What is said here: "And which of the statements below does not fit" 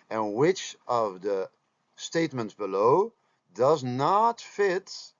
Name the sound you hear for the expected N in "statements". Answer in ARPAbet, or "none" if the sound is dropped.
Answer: N